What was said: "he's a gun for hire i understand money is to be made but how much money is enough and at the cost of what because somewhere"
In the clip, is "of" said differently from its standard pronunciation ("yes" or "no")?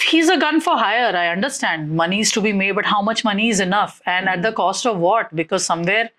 no